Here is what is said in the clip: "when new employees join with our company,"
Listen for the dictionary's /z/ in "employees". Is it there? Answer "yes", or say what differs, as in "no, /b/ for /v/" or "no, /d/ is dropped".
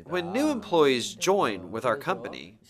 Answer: yes